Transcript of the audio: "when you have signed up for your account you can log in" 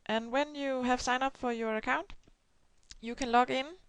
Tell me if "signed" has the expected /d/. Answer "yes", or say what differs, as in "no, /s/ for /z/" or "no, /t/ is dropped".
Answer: no, /d/ is dropped